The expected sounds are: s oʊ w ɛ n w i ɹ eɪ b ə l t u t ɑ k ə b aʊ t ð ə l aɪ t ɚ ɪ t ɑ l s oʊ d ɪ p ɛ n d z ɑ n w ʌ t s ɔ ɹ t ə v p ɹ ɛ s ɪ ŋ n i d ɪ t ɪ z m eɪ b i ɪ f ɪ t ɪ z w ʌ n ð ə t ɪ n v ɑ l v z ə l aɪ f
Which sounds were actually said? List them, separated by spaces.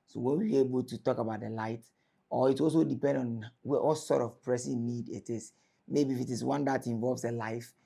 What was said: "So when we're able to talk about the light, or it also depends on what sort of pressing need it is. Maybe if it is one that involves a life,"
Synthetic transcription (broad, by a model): s oʊ w ɛ n w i w eɪ b ə l t u t ɑ k ə b aʊ t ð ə l aɪ t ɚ ɪ t ɑ l s oʊ d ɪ p ɛ n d ɑ n w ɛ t s ɔ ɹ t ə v p ɹ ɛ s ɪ n i d ɪ t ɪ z m eɪ b i f ɪ t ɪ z w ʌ n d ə t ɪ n v ɑ l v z ə l aɪ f